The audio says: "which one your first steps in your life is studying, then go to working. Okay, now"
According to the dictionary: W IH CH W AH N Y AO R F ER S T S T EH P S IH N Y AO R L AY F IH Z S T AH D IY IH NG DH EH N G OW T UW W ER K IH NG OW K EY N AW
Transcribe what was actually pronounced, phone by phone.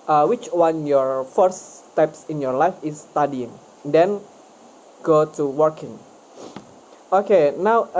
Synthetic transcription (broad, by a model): W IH CH W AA N Y AO R F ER T S T EH P S IH N Y AO R L AY F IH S T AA D IY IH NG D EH N G OW T UW W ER K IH NG OW K EY N AW